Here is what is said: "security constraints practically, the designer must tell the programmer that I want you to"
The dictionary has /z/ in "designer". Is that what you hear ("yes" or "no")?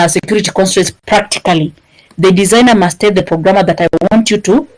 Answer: yes